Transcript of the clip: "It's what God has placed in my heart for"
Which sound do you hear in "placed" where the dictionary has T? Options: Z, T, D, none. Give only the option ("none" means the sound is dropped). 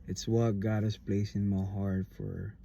none